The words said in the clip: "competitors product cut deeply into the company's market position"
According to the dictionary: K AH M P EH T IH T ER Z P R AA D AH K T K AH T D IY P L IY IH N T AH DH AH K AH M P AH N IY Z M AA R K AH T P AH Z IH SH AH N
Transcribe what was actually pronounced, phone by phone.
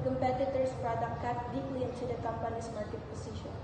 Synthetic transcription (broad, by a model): K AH M P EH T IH T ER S P R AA D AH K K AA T D IY P L IY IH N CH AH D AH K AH M P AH N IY S M AA R K AH T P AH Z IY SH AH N